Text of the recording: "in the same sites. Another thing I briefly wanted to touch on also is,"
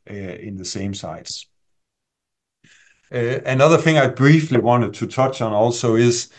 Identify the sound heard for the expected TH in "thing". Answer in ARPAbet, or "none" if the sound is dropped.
TH